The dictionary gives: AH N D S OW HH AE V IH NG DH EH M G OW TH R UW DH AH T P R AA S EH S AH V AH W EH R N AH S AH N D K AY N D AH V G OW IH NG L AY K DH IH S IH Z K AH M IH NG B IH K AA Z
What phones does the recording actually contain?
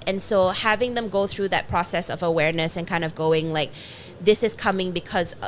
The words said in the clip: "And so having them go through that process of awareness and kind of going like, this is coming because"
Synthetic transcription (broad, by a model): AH N S OW HH AE V IH NG DH EH M G OW TH R UW DH AH T P R AA S EH S AH V AH W EH R N AH S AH N K AY N D AH V G OW IH NG L AY K DH IH S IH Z K AH M IH NG B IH K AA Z